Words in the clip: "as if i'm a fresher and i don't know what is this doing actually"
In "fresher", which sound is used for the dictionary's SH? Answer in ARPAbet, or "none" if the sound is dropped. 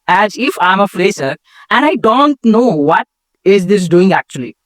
S